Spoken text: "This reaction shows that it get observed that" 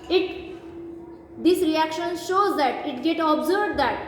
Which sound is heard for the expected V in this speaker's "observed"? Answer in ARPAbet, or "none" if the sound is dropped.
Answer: B